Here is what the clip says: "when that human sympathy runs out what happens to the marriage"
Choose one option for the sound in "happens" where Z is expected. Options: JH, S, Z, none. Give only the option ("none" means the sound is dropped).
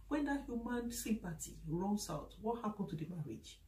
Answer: none